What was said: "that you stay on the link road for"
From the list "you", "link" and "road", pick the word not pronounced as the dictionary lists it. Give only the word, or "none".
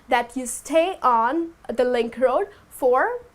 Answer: none